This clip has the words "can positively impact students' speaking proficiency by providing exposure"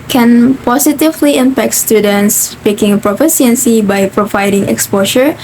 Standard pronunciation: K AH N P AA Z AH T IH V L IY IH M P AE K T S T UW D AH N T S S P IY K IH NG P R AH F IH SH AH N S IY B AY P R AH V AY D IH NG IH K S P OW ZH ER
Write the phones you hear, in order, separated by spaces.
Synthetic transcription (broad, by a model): K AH N P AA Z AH T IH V L IY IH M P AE K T S T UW D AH N T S S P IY K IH NG P R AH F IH S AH N S IY B AY P R AH V AY D IH NG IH K S P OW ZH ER